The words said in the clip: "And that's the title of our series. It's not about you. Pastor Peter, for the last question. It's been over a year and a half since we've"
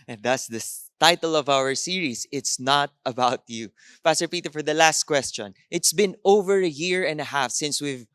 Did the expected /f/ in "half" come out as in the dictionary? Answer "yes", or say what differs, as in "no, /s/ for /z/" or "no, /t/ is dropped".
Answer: yes